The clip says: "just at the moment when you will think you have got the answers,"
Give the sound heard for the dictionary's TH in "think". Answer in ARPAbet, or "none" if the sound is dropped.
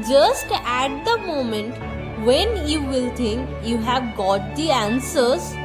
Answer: T